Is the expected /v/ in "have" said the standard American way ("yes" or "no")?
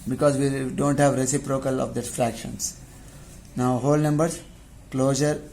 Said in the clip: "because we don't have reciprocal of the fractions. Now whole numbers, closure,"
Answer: yes